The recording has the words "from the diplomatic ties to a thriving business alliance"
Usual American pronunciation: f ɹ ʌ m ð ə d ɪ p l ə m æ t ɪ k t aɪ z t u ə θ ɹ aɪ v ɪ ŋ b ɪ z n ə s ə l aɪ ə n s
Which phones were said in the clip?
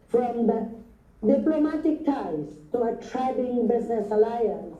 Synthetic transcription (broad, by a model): f ɹ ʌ m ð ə d ɪ p l ə m æ t ɪ k t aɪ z t u ə t ɹ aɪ b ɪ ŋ b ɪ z n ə s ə l aɪ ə n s